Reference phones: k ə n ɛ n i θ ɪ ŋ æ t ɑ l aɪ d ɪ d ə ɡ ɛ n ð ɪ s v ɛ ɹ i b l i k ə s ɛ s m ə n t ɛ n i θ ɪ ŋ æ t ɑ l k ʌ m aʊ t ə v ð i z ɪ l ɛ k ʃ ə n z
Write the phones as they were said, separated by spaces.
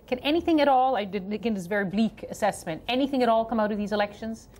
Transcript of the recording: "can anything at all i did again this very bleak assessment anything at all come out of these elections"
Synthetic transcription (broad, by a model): k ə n ɛ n i θ ɪ ŋ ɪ t ɑ l aɪ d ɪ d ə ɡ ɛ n ð ɪ s v ɛ ɹ i b l i k ə s ɛ s m ə n t ɛ n i θ ɪ ŋ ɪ t ɑ l k ʌ m aʊ t ə v ð i z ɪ l ɛ k ʃ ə n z